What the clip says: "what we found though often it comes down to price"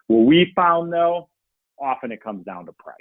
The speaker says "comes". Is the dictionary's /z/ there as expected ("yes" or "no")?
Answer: yes